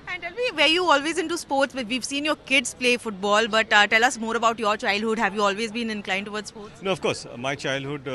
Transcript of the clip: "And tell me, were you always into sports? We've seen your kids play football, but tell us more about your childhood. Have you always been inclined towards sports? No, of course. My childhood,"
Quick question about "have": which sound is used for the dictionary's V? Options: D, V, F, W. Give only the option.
V